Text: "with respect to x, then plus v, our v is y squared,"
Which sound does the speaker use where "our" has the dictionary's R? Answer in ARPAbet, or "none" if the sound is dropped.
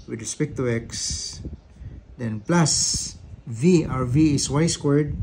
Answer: R